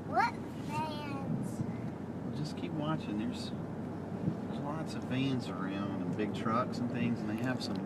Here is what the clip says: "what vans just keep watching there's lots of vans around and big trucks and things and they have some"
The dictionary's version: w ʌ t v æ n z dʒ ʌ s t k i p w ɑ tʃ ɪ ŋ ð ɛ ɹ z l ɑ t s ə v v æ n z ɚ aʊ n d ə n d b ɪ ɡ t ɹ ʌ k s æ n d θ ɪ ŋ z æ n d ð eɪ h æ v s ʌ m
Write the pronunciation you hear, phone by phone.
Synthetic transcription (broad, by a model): w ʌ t f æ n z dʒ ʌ s k i p w ɑ tʃ ɪ ŋ ð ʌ ɹ z l ɑ t s ə v f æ n z ɚ aʊ n d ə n b ɪ ɡ t ɹ ʌ k s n θ ɪ ŋ z n ð eɪ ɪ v s ʌ m